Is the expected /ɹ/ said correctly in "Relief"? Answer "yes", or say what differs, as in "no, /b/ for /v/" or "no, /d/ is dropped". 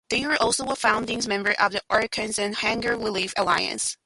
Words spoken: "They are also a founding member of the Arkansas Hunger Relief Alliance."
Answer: no, /w/ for /ɹ/